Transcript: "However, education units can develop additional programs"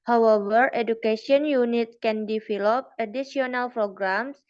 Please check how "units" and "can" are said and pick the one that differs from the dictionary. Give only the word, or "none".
units